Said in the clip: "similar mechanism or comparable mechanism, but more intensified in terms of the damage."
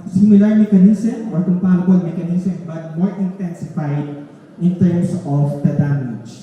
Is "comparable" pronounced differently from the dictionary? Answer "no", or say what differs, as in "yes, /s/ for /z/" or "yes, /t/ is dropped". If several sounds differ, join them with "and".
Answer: yes, /l/ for /ɹ/